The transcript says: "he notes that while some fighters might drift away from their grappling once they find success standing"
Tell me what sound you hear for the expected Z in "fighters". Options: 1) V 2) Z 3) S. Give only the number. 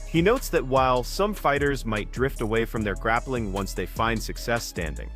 2